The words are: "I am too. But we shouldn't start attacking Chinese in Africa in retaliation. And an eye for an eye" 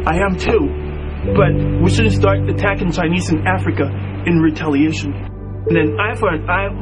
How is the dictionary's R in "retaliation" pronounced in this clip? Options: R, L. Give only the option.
R